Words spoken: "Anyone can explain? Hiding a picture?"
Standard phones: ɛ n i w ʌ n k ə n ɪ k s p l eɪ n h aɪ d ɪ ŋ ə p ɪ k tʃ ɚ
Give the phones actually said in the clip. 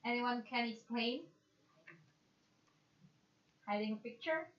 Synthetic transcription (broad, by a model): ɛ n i w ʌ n k ə n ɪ s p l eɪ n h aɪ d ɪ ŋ ə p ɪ k tʃ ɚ